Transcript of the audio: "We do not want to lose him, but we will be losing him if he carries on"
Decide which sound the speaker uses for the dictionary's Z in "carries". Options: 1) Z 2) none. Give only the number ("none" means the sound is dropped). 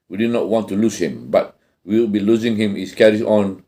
2